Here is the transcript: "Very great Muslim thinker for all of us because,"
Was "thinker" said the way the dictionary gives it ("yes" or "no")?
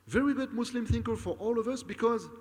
yes